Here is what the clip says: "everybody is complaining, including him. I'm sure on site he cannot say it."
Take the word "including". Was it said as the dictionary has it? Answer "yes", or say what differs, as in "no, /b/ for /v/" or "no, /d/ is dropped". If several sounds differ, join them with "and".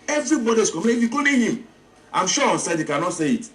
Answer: no, /n/ is dropped and /l/ is dropped